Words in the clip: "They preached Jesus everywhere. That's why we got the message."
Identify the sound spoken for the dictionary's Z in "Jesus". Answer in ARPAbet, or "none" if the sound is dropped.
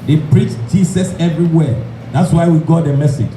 S